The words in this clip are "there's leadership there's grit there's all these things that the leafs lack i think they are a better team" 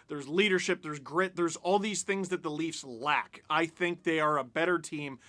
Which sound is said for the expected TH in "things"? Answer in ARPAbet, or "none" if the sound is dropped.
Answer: TH